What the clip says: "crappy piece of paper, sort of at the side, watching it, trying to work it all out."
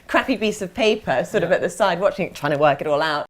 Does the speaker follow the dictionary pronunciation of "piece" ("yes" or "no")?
no